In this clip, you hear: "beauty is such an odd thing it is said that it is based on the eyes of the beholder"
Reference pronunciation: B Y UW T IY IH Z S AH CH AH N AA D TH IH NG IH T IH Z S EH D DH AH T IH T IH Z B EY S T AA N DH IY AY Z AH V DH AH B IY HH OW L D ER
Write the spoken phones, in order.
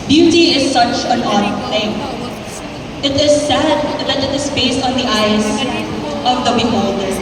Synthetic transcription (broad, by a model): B Y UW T IY IH Z S AH CH AH N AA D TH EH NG IH T IH Z S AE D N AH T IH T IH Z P EY S AA N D IY AY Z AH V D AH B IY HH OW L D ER